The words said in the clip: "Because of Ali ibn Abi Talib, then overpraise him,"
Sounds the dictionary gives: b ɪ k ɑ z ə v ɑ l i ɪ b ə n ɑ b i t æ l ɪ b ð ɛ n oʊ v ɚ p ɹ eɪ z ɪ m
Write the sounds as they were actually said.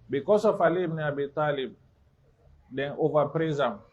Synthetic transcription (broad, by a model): b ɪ k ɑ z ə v ɑ l i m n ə ɑ b i t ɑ l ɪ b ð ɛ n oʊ v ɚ p ɹ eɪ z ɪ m